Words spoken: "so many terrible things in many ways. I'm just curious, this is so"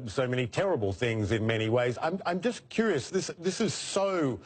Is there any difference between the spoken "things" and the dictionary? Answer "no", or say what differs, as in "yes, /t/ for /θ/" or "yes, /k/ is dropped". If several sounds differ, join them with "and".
no